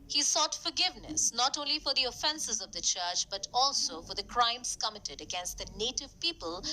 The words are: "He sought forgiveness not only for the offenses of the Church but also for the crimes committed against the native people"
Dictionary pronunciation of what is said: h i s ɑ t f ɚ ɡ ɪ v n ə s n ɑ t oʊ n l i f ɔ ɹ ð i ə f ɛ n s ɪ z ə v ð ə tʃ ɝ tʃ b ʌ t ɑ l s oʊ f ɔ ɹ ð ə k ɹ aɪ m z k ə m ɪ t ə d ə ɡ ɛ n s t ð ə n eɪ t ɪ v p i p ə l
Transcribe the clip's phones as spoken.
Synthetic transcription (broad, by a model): h i s ɑ t f ɚ ɡ ɪ v n ə s n ɑ t oʊ n l i f ɔ ɹ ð i ə f ɛ n s ɪ z ə v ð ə tʃ ɝ tʃ b ʌ t ɑ l s oʊ f ɔ ɹ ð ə k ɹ aɪ m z k ə m ɪ t ə d ə ɡ ɛ n s t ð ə n eɪ t ɪ v p i p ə l